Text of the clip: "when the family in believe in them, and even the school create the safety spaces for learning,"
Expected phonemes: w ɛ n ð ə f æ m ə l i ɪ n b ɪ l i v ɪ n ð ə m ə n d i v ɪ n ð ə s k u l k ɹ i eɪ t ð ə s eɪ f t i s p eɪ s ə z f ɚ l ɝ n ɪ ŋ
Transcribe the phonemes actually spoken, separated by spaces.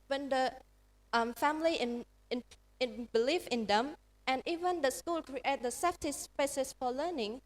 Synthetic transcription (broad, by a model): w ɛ n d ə f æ m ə n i ɪ n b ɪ l i f ɪ n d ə m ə n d i v ɪ n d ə s k u l k ɹ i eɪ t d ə s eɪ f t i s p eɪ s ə s f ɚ l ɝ n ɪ ŋ